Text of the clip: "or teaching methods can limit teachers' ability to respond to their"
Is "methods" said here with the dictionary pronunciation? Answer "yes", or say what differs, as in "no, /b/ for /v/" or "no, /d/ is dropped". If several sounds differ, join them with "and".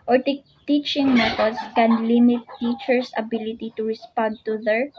no, /t/ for /θ/ and /s/ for /z/